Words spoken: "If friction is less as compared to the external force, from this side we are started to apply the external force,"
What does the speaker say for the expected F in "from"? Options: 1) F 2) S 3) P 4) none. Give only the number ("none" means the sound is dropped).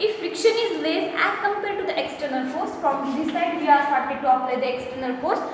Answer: 3